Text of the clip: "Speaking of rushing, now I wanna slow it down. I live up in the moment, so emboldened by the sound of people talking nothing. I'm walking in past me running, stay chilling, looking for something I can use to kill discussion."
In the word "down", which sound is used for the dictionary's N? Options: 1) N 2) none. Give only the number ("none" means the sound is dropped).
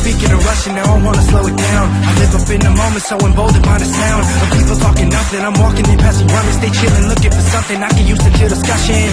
1